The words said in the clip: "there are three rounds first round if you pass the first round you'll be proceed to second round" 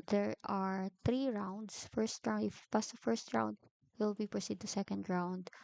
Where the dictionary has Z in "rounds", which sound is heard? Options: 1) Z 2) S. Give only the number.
2